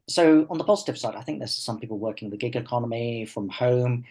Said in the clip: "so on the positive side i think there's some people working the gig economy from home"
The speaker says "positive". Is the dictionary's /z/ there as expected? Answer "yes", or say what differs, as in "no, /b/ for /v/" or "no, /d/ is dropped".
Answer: yes